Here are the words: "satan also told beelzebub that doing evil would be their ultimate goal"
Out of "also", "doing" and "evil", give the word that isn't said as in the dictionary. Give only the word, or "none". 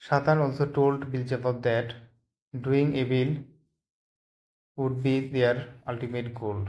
evil